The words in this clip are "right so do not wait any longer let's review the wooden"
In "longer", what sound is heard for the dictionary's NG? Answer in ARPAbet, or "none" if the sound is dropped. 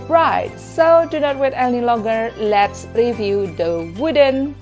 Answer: none